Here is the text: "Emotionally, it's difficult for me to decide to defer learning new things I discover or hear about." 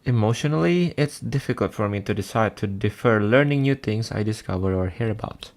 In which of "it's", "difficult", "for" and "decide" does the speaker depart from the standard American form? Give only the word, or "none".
none